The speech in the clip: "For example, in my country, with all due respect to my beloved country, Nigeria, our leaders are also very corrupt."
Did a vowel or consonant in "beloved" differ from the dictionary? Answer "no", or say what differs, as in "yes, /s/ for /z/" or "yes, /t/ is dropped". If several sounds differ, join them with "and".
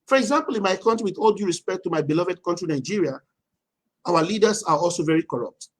no